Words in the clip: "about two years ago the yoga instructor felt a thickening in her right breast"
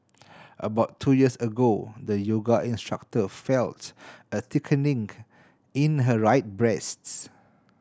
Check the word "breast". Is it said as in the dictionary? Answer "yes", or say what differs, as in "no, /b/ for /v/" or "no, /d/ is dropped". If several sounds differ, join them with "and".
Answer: yes